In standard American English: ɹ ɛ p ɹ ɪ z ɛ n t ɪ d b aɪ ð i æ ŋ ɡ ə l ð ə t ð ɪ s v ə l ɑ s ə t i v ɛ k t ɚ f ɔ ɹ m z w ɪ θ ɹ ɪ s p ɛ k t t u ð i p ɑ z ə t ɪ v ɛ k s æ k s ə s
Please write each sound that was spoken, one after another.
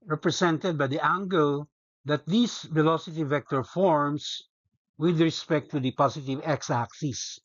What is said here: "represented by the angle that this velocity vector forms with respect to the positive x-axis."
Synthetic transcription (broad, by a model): ɹ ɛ p ɹ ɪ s ɛ n t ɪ d b aɪ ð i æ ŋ ɡ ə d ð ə t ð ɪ s v ə l ɑ s ə t i v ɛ k t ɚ f ɔ ɹ m s w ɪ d ɹ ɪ s p ɛ k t t u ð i p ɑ s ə t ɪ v ɛ k s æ k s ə s